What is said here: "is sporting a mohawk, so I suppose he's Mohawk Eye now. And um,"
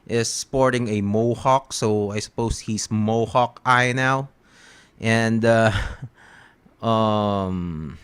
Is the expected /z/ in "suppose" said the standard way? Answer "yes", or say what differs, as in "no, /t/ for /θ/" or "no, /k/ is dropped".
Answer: no, /s/ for /z/